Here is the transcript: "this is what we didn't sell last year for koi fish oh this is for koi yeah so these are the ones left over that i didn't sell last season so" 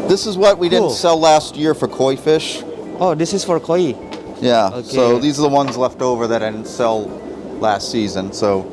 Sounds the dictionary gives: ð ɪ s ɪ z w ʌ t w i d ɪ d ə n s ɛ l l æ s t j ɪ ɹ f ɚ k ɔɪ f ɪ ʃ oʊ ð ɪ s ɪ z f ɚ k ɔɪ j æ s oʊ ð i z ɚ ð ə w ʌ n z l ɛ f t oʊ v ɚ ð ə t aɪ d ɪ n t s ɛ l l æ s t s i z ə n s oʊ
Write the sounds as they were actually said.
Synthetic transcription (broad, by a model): ð ɪ s ɪ z w ʌ t w i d ɪ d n s ɛ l l æ s t j ɪ ɹ f ɚ k ɔɪ f ɪ ʃ oʊ ð ɪ s ɪ z f ɚ k ɔɪ j æ s oʊ ð i z ɚ ð ə w ʌ n z l ɛ f t oʊ v ɚ ð ə t aɪ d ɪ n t s ɛ l l æ s t s i z ə n s oʊ